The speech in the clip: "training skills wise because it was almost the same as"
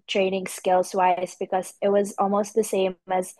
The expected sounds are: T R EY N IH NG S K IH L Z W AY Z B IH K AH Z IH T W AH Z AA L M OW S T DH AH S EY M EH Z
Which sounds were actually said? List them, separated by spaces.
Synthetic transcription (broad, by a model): T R EY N IH NG S K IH L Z W AY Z B IH K AH Z IH T W AH Z AA L M OW S T DH AH S EY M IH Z